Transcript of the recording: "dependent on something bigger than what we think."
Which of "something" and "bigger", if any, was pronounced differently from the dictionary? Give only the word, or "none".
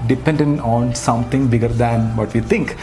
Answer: something